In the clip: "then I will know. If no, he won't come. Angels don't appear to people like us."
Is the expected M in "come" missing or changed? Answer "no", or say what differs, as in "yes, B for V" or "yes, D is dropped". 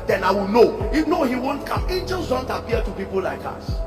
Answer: no